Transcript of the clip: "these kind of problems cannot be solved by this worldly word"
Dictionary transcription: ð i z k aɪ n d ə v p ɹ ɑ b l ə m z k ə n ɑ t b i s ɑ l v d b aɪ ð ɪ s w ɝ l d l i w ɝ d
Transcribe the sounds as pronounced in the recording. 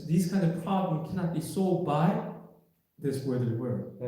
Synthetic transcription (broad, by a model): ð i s k aɪ n d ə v p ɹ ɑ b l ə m k ə n ɑ t b i s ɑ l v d b aɪ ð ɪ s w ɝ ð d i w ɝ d